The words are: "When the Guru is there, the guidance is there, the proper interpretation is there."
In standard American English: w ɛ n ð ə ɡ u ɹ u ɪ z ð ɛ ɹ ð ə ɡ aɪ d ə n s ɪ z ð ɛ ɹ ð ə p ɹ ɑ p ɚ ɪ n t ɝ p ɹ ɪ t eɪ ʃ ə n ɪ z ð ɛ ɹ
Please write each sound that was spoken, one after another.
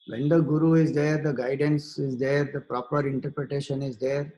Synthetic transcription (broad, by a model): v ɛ n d ə ɡ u ɹ u ɪ z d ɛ ɹ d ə ɡ aɪ d ə n s ɪ z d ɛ ɹ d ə p ɹ ɑ p ɚ ɪ n t ɝ p ɹ ɪ t eɪ ʃ ə n ɪ z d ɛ ɹ